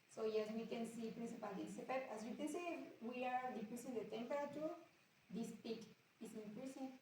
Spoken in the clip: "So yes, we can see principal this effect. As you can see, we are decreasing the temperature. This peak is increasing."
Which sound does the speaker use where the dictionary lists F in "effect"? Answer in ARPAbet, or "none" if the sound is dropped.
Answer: P